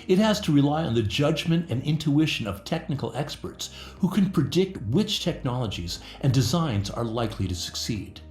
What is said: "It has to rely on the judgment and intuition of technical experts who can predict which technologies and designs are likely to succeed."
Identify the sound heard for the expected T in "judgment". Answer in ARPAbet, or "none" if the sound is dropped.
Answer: T